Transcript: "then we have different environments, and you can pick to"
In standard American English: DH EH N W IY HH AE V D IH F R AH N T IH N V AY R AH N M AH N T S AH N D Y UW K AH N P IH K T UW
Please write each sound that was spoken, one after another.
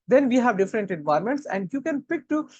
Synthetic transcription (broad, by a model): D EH N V IY HH AE V D IH F R AH N T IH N V AY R M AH N T S AH N D Y UW K AH N P IH K T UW